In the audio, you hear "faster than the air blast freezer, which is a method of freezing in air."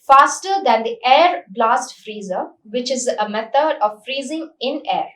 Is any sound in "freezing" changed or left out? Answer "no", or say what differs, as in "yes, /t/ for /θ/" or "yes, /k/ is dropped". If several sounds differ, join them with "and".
no